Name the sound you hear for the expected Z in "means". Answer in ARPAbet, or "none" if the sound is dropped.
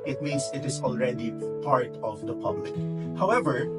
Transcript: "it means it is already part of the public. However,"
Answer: S